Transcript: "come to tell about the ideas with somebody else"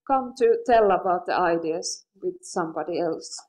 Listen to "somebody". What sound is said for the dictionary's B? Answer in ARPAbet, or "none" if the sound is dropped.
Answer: B